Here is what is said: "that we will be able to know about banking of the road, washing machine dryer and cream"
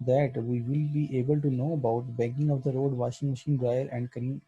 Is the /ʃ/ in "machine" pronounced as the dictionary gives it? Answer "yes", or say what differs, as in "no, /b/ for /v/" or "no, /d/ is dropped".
yes